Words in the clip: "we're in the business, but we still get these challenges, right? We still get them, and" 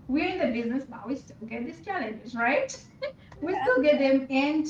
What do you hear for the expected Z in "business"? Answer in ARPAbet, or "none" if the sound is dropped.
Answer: Z